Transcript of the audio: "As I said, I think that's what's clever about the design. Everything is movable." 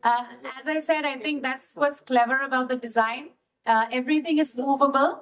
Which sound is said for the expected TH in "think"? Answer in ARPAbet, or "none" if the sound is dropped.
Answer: T